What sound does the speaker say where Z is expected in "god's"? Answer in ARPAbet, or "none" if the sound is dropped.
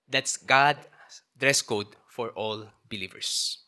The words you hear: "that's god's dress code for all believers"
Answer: none